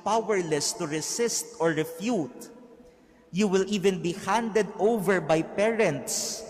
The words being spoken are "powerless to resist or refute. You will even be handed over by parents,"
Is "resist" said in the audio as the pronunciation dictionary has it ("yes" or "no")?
no